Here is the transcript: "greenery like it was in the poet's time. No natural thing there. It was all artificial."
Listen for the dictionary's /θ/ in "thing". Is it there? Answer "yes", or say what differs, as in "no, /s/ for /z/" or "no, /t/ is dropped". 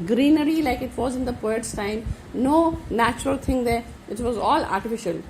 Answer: no, /t/ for /θ/